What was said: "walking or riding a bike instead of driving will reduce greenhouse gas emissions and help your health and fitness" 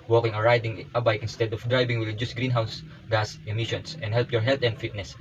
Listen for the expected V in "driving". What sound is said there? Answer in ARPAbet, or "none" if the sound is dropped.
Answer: B